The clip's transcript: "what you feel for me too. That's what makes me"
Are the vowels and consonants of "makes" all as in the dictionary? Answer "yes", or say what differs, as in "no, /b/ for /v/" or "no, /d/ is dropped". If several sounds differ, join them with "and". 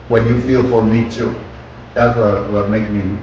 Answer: no, /s/ is dropped